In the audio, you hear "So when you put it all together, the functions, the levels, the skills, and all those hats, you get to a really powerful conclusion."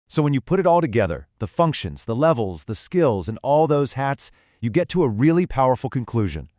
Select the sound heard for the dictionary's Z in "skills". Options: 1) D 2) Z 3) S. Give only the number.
2